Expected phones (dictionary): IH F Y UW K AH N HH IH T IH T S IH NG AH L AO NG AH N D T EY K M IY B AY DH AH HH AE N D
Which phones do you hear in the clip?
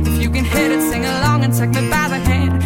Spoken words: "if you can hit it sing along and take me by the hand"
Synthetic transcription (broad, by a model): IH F Y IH K AH N HH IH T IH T S IH NG AH L AO NG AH N T EY K M IY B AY DH AH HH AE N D